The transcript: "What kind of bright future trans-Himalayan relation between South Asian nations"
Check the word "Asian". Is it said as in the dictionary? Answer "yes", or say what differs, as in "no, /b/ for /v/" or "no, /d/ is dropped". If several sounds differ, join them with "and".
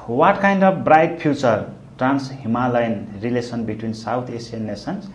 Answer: no, /s/ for /ʒ/